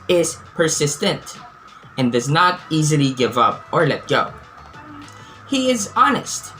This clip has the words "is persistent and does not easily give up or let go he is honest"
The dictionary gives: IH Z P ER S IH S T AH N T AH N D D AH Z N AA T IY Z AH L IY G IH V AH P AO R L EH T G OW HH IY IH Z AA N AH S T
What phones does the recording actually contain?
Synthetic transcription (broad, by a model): IH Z P ER S IH S T AH N T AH N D D AH Z N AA T IY Z AH L IY G IH V AH P AO R L EH T G OW HH IY IH Z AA N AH S T